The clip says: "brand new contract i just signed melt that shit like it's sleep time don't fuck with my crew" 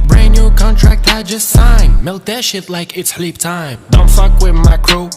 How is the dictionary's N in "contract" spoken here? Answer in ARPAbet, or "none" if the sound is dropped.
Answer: N